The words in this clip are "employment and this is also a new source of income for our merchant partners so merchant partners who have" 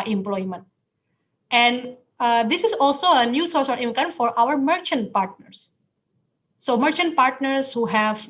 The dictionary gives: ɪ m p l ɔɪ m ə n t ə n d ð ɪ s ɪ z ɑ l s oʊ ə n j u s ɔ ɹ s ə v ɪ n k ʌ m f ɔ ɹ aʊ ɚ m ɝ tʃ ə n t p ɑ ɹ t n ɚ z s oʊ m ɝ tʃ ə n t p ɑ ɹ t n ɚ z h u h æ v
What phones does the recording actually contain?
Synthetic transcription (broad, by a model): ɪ m p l ɔɪ m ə n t ə n d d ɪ s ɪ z ɑ l s oʊ ə n j u s ɔ ɹ s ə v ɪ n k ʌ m f ɔ ɹ aʊ ɚ m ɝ tʃ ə n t p ɑ ɹ t n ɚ s oʊ m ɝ tʃ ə n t p ɑ ɹ t n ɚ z h u h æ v